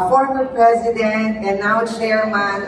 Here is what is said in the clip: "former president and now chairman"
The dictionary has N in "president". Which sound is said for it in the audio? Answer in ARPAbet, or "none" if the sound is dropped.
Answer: N